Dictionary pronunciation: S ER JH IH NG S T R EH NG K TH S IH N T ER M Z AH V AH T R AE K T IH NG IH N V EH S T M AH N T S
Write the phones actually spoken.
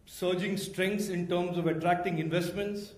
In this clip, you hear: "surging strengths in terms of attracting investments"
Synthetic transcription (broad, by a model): S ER JH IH NG S T R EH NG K T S IH N T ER M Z AH V AH T R AE K T IH NG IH N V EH S T M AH N T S